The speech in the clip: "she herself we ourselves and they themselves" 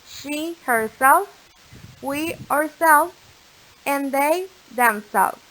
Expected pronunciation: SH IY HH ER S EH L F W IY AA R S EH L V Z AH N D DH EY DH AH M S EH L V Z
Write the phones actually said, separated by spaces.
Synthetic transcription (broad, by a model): SH IY HH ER S EH L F W IY AA R S EH L V Z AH N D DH EY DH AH M S EH L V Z